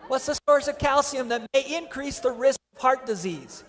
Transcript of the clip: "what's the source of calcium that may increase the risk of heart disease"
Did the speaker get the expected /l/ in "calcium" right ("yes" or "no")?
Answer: yes